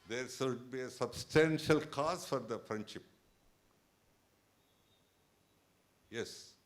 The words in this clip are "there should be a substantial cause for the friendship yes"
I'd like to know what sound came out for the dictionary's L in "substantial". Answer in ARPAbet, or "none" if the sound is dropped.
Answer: L